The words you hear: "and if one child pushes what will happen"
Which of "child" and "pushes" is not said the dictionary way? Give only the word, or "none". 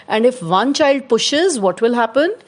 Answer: none